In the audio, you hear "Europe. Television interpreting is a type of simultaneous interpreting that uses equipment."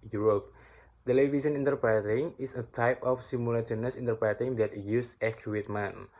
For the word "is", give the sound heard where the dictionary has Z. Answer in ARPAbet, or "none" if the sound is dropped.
S